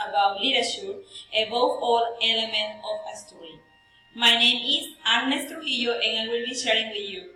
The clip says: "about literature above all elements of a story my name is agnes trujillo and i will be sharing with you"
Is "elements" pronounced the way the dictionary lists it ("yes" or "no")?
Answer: no